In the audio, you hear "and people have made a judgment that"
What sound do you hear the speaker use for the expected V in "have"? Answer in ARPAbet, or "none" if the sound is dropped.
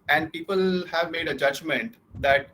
V